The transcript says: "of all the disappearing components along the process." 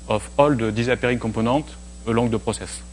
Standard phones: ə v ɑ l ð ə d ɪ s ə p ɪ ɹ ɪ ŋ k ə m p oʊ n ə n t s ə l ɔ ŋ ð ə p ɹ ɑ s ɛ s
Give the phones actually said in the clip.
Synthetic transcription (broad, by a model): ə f ɑ l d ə d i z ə p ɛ ɹ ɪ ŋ k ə p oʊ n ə t ə l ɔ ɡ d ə p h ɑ s ɛ s